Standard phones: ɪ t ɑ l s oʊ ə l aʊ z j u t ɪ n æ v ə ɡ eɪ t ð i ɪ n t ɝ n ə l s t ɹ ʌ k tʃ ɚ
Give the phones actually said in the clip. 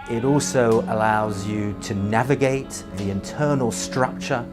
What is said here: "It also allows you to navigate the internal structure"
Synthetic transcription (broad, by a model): ɪ t ɑ l s oʊ ə l aʊ z j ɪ t ɪ n æ v ə ɡ eɪ t ð i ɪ n t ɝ n ə l s t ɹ ʌ k tʃ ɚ